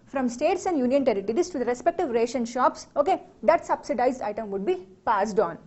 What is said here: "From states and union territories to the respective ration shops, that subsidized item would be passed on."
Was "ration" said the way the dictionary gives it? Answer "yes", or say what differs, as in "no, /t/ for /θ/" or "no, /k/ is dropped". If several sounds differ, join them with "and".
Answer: yes